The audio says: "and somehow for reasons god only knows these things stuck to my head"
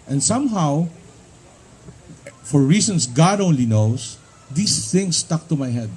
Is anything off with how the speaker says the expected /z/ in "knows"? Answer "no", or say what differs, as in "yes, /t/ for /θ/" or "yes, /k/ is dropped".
yes, /s/ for /z/